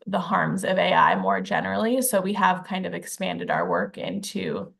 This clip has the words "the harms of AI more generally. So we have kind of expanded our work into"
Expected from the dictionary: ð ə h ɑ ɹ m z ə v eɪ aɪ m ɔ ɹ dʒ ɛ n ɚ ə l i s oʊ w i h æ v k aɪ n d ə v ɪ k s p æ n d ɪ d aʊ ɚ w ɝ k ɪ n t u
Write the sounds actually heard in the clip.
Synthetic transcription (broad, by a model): ð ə h ɑ ɹ m z ə v eɪ aɪ m ɔ ɹ dʒ ɛ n ɚ l i s oʊ w i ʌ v k aɪ n d ə v ɪ k s p æ n d ɪ d aʊ ɚ w ɝ k ɪ n t u